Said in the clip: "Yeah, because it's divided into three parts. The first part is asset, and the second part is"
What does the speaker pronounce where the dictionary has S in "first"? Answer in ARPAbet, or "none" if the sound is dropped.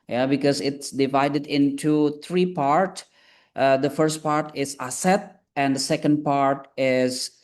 S